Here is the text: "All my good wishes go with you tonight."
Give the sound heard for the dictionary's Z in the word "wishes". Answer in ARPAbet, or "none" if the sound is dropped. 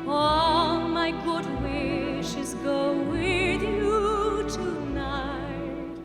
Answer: Z